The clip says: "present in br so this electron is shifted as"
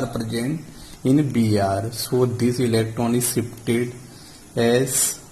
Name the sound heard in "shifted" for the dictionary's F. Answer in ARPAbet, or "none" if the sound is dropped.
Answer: P